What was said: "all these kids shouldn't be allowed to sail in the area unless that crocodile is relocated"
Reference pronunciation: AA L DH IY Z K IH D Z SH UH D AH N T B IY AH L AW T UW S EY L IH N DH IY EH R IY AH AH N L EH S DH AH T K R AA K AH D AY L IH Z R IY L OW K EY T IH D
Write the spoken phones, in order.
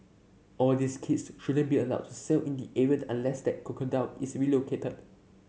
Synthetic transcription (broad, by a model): AA L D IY S K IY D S SH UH D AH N B IY AH L AW T UW S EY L IH N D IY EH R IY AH AH N L EH S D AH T K AA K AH D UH N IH S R IY L OW K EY T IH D